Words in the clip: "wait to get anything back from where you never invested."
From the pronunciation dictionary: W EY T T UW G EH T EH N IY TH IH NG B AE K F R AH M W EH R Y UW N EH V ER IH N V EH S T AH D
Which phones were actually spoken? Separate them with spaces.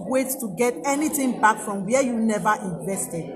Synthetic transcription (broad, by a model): W EY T T UW G EH T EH N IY T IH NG B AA K F R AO M W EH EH Y UW N EH V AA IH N V EH S T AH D